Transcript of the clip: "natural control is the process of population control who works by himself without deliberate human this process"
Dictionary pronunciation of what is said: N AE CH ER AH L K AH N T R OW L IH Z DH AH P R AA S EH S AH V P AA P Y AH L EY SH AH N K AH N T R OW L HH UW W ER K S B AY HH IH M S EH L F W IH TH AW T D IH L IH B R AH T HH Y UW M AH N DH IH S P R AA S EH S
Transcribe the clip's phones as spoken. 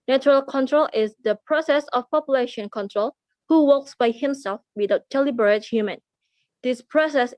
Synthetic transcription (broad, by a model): N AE CH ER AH L K AH N T R OW L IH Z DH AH P R AA S EH S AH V P AA P Y AH L EY SH AH N K AH N T R OW L HH UW W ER K S B AY HH IH M S EH L F W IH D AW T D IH L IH B R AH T HH Y UW M AH N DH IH S P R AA S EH S